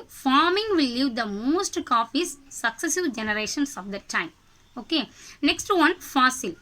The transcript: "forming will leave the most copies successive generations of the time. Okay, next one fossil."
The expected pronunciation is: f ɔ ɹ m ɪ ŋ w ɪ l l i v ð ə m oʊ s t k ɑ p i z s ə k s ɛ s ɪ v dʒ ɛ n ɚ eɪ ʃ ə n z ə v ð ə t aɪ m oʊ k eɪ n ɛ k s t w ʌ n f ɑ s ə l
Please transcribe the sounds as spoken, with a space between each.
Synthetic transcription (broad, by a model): f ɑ ɹ m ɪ ŋ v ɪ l l i v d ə m oʊ s t k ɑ f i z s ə k s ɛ s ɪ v dʒ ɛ n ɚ eɪ ʃ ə n s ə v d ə t aɪ m oʊ k eɪ n ɛ k s t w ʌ n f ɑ s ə l